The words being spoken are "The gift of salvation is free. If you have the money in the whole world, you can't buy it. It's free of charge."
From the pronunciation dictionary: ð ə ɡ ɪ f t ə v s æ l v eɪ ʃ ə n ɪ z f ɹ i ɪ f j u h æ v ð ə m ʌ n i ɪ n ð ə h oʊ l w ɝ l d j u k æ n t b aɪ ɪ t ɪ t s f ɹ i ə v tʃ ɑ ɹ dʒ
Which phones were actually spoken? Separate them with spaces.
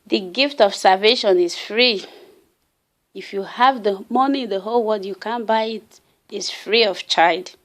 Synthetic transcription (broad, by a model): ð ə ɡ ɪ f t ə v s æ l v eɪ ʃ ə n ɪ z f ɹ i ɪ f j u h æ v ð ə m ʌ n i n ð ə h oʊ l w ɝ d j u k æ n b aɪ ɪ t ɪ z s f ɹ i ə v tʃ ɑ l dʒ